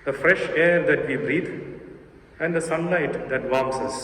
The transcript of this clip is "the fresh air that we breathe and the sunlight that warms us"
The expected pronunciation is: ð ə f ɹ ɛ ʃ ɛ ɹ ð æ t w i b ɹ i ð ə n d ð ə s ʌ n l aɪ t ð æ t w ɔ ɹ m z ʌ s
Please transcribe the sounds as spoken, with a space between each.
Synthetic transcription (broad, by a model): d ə f ɹ ɛ ʃ ɛ ɹ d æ t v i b ɹ i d ə n d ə s ʌ n l aɪ t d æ t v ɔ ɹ m s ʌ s